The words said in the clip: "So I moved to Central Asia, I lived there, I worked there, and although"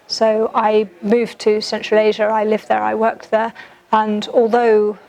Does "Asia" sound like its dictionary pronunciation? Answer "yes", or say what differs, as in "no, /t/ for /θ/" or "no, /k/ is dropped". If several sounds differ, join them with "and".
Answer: yes